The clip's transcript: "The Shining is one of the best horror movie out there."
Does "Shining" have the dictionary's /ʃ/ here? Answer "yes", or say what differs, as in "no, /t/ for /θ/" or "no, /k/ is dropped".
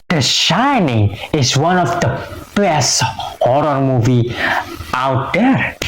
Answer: yes